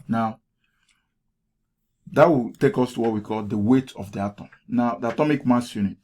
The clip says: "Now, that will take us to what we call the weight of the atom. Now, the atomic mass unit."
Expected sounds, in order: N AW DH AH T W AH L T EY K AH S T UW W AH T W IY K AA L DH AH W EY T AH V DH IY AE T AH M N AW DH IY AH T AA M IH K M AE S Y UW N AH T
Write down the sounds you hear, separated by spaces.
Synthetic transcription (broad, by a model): N AW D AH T W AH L T EY K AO S T UW W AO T W IY K AA L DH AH W EY T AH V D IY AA T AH M N AW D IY AH T AA M IH K M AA S Y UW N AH T